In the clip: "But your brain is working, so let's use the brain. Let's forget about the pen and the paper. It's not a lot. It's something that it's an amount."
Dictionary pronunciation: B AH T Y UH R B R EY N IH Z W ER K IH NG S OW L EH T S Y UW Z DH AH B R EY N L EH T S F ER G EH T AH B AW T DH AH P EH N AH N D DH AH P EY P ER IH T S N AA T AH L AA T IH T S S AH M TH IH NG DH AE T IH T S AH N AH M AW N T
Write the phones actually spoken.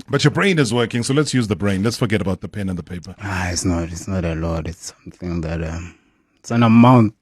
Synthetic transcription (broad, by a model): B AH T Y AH B R EY N IH Z W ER K IH NG S OW L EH T S Y UW Z DH AH B R EY N L EH T S F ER G EH T AH B AW T DH AH P EH N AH N DH AH P EY P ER IH T S N AA T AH N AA T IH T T S AH M TH IH NG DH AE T IH T S AH N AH M AW N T